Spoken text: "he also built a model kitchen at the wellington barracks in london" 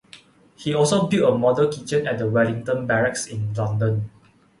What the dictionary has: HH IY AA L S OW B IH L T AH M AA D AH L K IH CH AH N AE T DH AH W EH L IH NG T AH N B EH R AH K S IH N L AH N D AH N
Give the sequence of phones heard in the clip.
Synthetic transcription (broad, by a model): HH IY AA L S OW B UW T AH M AA D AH K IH CH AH N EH T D AH W EH L IH NG T AH N B EH R AH K S IH N L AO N D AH N